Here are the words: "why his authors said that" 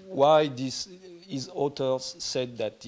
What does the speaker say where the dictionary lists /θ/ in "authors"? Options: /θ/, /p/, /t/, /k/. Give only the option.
/t/